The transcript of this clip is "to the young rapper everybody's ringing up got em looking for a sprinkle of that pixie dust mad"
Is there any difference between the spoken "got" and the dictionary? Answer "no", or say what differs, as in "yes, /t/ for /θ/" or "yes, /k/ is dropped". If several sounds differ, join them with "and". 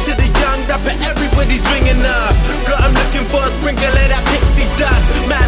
yes, /t/ is dropped